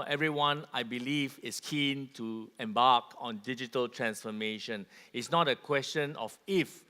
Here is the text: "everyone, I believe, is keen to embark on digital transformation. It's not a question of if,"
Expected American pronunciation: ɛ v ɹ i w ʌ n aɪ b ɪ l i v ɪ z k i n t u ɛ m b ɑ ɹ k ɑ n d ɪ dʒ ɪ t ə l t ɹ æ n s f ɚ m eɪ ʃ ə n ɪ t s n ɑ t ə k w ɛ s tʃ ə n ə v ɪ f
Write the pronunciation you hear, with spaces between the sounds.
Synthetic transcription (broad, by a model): ɛ v ɹ i w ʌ n aɪ b ɪ l i v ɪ s k i n t u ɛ m b ɑ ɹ k ɑ n d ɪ dʒ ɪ t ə l t ɹ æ n s f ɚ m eɪ ʃ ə n ɪ t s n ɑ t ə k w ɛ s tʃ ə n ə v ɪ f